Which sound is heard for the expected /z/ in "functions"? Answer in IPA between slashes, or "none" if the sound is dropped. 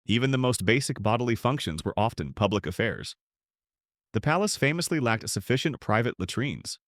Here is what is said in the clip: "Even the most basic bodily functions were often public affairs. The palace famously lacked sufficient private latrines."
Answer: /z/